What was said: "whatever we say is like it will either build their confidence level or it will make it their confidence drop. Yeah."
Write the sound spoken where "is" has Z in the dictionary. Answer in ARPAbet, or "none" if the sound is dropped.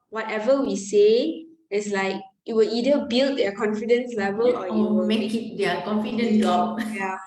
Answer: S